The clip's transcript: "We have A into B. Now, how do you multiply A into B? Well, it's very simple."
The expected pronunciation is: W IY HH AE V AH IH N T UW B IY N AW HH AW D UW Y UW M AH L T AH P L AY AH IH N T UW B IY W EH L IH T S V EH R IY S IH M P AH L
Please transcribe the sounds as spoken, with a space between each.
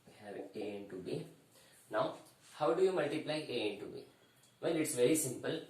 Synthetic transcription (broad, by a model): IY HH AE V AH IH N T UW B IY N AW HH AW D UW Y UW M AH L T AH P L AY AH IH N T UW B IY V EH N IH T S V EH R IY S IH M P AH L